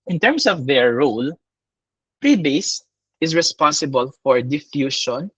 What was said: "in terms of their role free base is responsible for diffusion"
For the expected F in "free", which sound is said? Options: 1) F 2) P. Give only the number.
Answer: 2